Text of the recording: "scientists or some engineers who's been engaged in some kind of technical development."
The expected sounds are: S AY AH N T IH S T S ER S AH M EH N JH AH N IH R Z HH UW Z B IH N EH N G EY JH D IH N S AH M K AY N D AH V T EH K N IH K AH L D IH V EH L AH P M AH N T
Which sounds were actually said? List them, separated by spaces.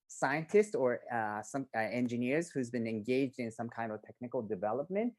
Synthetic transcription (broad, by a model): S AY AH N T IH S T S ER S AH M EH N JH AH N IH R Z HH UW Z B IH N EH N G EY JH D IH N S AH M K AY N D AH V T EH K N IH K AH L D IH V EH L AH P M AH N T